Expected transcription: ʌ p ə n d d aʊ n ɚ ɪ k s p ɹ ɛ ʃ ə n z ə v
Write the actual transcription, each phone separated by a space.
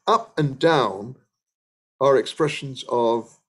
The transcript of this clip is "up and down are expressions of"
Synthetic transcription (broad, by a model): ʌ p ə n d d aʊ n ɚ ɪ k s p ɹ ɛ ʃ ə n z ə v